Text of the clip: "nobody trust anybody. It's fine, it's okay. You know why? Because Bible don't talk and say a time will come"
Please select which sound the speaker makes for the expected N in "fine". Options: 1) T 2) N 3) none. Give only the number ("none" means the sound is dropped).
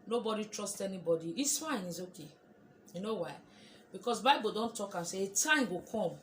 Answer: 2